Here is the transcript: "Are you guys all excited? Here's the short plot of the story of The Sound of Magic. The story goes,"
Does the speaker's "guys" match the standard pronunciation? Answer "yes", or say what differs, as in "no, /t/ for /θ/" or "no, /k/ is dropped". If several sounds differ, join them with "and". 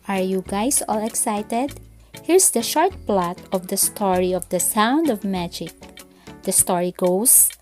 no, /s/ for /z/